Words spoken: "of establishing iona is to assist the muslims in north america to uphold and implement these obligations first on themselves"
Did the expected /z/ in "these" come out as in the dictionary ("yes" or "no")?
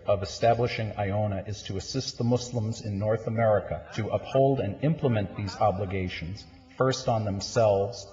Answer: yes